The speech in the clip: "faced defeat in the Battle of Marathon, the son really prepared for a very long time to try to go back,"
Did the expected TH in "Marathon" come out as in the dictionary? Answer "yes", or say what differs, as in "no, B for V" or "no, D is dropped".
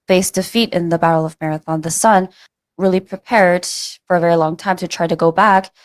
yes